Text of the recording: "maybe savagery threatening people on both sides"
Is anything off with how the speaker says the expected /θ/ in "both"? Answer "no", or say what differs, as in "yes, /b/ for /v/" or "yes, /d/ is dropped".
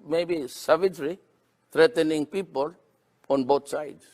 yes, /t/ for /θ/